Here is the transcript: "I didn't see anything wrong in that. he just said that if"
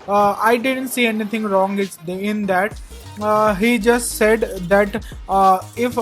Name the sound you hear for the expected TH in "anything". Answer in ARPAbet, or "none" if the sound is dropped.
T